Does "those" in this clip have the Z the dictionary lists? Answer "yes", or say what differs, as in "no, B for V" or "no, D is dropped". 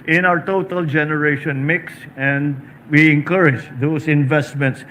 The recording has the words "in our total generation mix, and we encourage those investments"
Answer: no, S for Z